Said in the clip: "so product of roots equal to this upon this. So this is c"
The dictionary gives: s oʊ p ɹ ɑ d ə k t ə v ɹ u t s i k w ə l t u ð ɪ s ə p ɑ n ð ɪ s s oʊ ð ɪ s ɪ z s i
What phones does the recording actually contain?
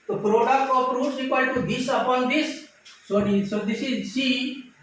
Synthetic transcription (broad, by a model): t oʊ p ɹ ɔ d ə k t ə p ɹ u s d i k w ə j t u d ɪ s ə p ɑ n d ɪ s s oʊ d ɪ s ɪ z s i